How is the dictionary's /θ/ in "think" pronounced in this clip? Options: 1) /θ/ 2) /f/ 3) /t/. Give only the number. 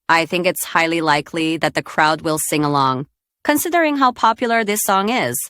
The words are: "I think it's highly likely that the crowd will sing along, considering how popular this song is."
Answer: 1